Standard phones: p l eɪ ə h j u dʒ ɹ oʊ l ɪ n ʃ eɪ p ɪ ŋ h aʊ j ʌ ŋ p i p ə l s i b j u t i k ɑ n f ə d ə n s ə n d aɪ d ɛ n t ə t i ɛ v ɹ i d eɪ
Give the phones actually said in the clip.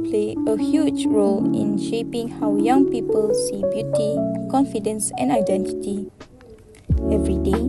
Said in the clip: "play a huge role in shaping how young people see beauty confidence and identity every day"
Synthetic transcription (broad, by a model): p l eɪ ə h j u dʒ ɹ oʊ l ɪ n ʃ eɪ p ɪ ŋ h aʊ j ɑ ŋ p i p ə l s i b j u t i k ɑ n f ə d ə n s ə n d aɪ d ɛ n t ə t i ɛ v ɹ i d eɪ